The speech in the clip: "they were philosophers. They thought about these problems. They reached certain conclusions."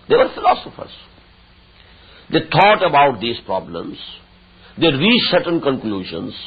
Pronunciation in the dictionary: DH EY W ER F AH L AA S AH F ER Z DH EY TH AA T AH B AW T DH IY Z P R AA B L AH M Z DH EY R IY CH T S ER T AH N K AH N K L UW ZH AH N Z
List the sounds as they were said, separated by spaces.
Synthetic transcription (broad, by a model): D EY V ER F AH L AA S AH F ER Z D EY T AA T AH B AW T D IY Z P R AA B L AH M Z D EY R IY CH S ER T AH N K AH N K L UW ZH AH N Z